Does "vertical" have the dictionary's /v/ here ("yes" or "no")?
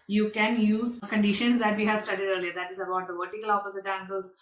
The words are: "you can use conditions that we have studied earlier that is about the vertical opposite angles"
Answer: yes